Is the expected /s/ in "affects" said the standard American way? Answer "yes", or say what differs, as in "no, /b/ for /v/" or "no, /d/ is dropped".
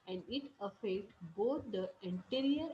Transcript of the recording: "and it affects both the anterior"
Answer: no, /s/ is dropped